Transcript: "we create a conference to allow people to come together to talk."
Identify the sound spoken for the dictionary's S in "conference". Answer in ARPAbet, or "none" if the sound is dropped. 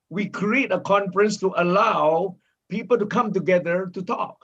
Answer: S